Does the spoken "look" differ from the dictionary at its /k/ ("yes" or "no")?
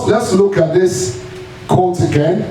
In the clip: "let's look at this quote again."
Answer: no